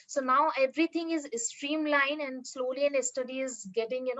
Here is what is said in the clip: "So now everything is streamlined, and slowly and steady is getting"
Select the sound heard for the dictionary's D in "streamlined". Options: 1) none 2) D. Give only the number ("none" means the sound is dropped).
1